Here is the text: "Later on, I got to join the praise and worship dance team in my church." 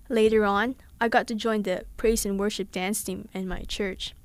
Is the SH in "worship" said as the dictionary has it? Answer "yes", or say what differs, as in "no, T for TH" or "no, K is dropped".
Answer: yes